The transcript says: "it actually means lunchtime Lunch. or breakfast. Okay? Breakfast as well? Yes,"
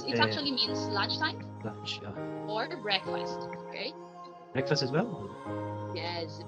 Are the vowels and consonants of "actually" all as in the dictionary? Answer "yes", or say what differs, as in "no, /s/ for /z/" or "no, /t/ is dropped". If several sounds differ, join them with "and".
no, /k/ is dropped